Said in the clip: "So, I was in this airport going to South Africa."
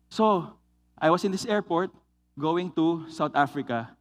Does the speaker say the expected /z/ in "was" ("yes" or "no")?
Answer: no